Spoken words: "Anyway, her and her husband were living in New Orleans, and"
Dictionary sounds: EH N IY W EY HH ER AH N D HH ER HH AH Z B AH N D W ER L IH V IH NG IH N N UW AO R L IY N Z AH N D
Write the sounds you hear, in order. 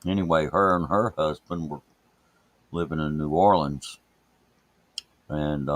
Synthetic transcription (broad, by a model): EH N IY W EY HH ER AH N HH ER HH AH Z B AH N D W ER L IH V IH NG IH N N UW AO R L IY N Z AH N